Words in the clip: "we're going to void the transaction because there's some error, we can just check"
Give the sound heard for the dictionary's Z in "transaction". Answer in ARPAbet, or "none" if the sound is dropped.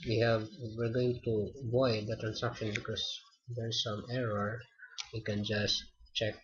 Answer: S